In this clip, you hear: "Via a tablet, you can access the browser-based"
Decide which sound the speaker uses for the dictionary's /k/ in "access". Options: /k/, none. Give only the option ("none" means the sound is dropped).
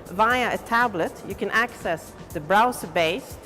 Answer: /k/